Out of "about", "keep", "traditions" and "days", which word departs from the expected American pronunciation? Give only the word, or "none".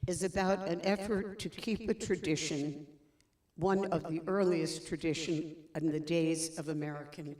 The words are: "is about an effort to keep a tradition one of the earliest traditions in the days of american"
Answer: traditions